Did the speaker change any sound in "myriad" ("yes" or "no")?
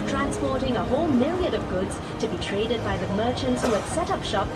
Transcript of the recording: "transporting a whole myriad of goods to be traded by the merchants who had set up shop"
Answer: yes